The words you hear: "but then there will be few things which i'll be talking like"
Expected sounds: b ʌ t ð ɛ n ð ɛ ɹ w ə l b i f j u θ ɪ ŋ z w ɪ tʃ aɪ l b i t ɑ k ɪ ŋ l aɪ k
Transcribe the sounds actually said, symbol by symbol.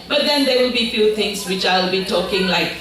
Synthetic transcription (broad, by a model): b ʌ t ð ɛ n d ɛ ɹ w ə b i f j u t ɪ ŋ s w ɪ tʃ aɪ l b i t ɑ k ɪ ŋ l aɪ k